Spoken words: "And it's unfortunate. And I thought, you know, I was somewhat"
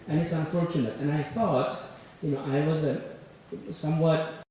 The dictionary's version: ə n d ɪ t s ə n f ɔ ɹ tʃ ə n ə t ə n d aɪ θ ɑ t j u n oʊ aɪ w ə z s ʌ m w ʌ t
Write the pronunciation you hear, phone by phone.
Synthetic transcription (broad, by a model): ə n ɪ t s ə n f ɔ ɹ tʃ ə n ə t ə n aɪ θ ɑ t j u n oʊ aɪ w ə z s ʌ m w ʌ t